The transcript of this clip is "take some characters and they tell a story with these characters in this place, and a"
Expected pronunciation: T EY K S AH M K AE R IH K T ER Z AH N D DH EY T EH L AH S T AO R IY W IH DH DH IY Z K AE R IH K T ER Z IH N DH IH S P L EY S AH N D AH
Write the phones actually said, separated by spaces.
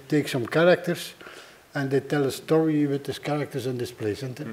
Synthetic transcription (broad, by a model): T EY K S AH M K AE R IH K T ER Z AH N D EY T EH L AH S T AO R IY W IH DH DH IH S K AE R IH K T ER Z IH N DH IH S P L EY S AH N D